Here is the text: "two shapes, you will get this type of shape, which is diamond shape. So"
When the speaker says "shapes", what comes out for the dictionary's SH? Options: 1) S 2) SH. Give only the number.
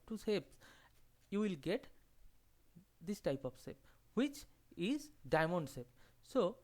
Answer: 1